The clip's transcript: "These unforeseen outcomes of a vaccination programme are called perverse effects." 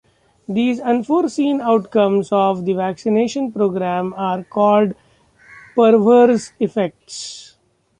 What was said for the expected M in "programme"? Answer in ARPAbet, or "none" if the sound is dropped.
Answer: M